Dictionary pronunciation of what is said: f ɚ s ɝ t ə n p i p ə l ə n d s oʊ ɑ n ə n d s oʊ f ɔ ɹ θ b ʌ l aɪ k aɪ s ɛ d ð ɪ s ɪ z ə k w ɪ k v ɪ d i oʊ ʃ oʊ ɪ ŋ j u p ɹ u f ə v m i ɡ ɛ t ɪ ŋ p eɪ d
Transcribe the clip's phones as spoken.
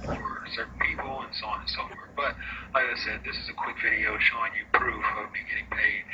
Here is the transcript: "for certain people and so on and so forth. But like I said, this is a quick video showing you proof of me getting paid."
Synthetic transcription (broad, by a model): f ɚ s ɝ t n p i p l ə n s oʊ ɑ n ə n s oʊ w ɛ ɹ b ʌ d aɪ aɪ s ɛ d ð ɪ s ɪ z ə k w ɪ k v ɪ d i oʊ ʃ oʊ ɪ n j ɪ p ɹ u f ə v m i ɡ ɛ t ɪ ŋ p eɪ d